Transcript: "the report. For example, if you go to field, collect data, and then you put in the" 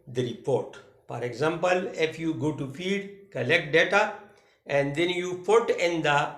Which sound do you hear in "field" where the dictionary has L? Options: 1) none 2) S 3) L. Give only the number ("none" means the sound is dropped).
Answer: 1